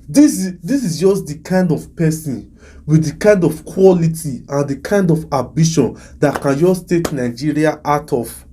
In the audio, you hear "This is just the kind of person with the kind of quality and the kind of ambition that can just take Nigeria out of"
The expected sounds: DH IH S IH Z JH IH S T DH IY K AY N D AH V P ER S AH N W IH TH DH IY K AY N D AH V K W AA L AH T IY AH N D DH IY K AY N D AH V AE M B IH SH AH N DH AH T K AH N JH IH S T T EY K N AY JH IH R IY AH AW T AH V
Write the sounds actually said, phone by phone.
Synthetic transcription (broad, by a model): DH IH S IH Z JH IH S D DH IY K AY N D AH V P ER S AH N W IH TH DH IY K AY N D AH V K W AA L AH T IY AH N D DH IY K AY N D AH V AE B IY SH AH N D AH T K AH N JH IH S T T EY K N AY JH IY R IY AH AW T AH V